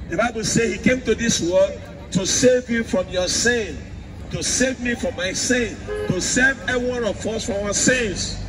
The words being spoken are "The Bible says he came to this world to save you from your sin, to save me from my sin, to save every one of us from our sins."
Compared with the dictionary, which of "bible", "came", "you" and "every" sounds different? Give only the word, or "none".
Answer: every